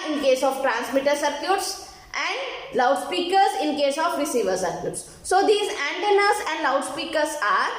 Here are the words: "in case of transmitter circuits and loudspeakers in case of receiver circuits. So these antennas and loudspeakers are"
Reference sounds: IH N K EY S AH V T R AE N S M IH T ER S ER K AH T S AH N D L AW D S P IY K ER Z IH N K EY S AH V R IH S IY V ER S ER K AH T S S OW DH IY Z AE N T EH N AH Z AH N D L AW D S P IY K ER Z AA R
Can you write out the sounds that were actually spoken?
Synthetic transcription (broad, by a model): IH N K EY S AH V T R AE N S M IH T ER S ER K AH T S AH N D L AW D S P IY K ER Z IH N K EY S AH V R IH S IY V ER S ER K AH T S S OW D IY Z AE N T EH N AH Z AH N D L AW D S P IY K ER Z AA R